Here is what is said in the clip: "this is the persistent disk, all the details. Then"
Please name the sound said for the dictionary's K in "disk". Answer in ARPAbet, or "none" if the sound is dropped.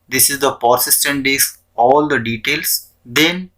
none